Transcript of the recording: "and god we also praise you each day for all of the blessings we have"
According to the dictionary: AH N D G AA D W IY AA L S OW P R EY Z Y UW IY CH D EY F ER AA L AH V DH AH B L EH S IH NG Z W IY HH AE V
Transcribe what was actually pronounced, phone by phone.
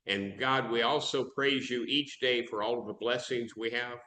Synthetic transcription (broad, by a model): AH N G AA D W IY AA L S OW P R EY Z Y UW IY CH D EY F ER AA L AH V DH AH B L EH S IH NG Z W IY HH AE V